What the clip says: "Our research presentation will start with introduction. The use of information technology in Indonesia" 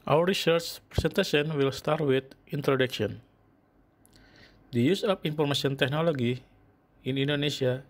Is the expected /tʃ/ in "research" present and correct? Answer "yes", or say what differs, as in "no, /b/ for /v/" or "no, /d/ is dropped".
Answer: yes